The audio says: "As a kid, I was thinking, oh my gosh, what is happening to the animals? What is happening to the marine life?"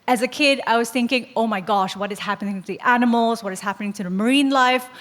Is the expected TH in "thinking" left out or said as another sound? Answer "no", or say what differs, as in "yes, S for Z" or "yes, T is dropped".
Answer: no